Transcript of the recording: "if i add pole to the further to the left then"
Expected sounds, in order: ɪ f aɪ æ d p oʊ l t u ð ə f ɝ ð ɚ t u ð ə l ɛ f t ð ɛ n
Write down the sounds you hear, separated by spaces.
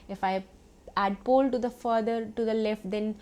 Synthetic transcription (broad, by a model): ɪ f aɪ æ d p oʊ l t u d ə f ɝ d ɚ t u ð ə l ɛ f t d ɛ n